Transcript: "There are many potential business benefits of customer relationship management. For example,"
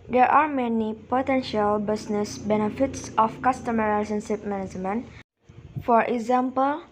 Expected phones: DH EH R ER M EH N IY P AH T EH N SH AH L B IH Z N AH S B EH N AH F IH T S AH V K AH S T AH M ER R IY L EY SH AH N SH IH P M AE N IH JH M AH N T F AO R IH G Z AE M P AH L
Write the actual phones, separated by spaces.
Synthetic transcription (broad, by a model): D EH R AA M EH N IY P AH T EH N SH AH L B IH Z N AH S B EH N AH F IH T S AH F K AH S T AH M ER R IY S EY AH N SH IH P M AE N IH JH M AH N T F AO R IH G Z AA M P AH L